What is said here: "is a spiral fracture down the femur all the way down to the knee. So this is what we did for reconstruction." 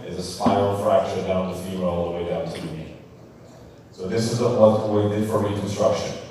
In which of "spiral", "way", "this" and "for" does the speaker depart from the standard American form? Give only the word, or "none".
spiral